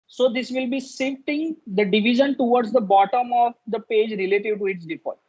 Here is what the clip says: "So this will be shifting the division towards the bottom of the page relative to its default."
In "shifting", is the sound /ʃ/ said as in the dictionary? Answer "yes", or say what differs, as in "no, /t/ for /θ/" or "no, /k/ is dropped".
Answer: no, /s/ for /ʃ/